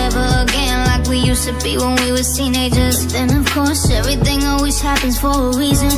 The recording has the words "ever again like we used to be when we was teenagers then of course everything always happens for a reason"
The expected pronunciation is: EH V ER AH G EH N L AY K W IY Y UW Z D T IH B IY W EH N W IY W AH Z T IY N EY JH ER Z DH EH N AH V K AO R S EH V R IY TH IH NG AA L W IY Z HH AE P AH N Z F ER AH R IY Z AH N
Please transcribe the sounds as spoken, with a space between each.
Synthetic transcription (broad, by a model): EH V ER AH G EH N L AY K W IY Y UW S T IH B IY W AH N W IY W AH T IY N EY JH ER Z DH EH N AH V K AO R S EH V R IY TH IH NG AA L W IY Z HH AE P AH N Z F ER AH R IY Z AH N